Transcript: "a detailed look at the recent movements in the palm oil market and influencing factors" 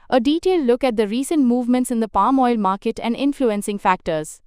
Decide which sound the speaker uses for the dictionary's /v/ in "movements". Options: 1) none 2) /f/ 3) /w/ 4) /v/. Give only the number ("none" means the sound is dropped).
4